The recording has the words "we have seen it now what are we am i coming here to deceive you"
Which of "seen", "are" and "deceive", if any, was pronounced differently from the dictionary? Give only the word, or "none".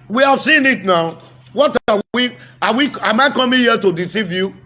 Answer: are